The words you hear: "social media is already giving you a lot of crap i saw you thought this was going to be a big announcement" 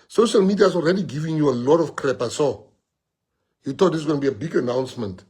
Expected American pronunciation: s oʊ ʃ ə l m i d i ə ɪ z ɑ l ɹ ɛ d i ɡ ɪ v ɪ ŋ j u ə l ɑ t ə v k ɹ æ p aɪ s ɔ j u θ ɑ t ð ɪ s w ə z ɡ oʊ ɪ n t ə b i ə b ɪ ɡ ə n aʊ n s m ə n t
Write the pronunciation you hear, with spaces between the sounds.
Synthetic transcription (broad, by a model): s oʊ ʃ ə l m i d i ə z ɑ l ɹ ɛ d i ɡ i v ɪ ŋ j u ə l ɑ t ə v k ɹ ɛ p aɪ s ɔ j u t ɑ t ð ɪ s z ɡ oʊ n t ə b i ə b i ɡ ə n aʊ n s m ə n t